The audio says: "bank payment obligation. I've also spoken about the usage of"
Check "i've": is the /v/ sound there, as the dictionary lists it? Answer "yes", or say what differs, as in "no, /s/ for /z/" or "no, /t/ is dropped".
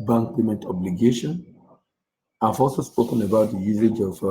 no, /f/ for /v/